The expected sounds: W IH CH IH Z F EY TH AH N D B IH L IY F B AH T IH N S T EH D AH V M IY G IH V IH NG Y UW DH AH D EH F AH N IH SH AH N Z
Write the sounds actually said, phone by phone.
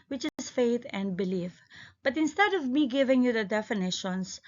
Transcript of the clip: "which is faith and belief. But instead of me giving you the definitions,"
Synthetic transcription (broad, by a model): W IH CH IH S F EY T AH N D B IH L IY F B AH T IH N S T EH D AH V M IY G IH V IH NG Y UW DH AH D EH F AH N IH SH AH N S